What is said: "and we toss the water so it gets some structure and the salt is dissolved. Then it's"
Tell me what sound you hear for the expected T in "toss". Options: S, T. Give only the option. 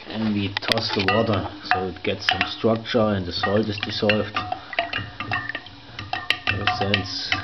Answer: T